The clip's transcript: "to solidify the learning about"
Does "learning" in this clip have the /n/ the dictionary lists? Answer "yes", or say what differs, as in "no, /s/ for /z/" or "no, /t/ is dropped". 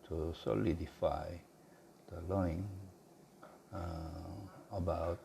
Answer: no, /n/ is dropped